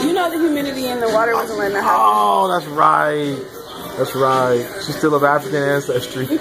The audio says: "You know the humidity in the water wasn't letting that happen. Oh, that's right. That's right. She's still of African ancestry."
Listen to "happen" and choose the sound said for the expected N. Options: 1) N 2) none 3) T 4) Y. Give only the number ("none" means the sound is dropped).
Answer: 2